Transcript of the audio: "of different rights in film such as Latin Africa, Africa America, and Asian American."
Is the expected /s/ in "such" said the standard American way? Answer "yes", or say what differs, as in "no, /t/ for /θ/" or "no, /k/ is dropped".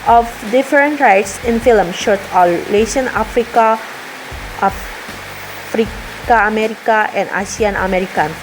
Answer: no, /ʃ/ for /s/